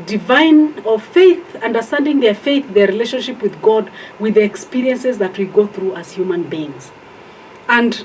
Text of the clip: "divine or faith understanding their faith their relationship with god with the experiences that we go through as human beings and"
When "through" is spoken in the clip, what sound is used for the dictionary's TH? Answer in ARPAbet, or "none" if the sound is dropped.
TH